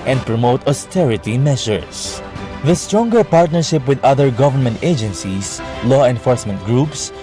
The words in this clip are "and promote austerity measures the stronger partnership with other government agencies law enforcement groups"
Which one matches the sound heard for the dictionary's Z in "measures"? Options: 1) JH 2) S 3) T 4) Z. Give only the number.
2